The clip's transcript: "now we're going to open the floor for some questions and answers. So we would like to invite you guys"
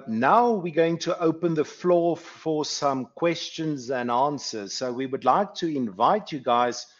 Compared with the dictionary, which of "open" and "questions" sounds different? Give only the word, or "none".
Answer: none